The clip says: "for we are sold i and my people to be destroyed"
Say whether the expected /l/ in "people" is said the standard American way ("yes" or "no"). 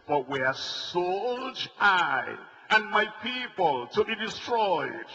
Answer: yes